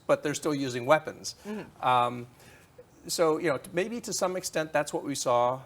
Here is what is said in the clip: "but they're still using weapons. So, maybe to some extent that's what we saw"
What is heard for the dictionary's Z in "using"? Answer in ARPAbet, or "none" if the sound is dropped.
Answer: Z